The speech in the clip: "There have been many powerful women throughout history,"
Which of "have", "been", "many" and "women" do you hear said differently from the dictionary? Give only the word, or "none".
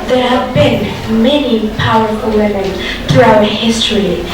none